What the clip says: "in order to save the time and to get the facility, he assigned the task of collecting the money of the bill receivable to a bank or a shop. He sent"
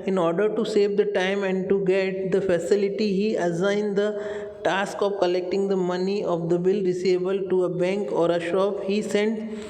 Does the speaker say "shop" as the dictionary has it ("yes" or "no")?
yes